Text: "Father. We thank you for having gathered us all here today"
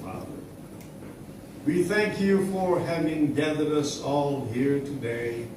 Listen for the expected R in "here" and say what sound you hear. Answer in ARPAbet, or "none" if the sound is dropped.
R